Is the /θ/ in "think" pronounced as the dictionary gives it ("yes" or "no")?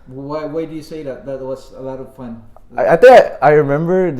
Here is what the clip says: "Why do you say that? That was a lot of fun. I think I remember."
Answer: no